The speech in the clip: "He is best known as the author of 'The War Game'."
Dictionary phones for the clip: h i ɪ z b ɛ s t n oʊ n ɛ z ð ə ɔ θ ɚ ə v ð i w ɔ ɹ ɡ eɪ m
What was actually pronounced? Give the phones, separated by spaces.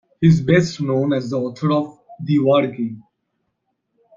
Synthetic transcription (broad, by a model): h ɪ z b ɛ s t n oʊ n ɛ z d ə ɔ t ɚ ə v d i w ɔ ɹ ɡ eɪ